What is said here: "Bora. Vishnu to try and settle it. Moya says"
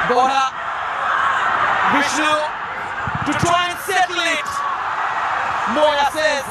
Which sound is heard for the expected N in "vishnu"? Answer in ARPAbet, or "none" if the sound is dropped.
none